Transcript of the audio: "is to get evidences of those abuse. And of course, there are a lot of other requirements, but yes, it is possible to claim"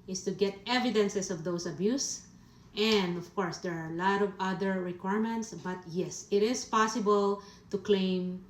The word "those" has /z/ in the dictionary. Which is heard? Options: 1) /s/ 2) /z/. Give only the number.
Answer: 1